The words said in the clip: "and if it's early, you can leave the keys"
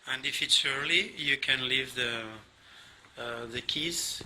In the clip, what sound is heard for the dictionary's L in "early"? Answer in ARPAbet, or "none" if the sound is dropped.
L